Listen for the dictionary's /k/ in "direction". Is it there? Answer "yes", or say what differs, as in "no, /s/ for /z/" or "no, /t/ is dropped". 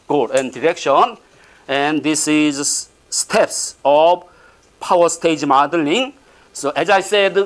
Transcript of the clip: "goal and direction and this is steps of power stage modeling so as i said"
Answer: yes